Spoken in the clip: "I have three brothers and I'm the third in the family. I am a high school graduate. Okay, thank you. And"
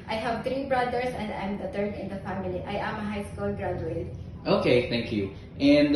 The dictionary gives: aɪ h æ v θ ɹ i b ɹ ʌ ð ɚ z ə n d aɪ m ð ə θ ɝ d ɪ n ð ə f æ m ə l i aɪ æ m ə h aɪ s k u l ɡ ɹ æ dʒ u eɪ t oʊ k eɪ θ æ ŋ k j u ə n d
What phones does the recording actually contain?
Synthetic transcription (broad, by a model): aɪ h æ v t ɹ i b ɹ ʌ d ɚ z ə n d aɪ m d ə t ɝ d ɪ n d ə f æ m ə l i aɪ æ m ə h aɪ s k u l ɡ ɹ æ dʒ u eɪ t oʊ k eɪ t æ ŋ k j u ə n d